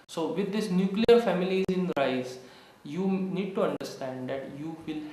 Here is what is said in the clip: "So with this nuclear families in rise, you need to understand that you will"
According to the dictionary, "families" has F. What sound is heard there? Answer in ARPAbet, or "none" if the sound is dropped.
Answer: F